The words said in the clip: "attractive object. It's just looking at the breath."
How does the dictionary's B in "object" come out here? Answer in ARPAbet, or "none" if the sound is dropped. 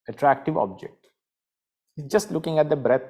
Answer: B